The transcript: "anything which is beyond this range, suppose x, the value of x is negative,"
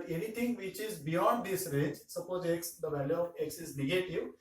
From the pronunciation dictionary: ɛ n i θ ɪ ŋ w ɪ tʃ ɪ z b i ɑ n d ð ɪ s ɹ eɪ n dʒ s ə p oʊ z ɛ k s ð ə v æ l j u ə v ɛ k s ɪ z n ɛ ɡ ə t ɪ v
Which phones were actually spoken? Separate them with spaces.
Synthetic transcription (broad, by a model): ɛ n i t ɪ ŋ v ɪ tʃ ɪ z b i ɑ n d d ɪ s ɹ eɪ dʒ s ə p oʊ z ɛ k s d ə v æ l j u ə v ɛ k s ɪ z n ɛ ɡ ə t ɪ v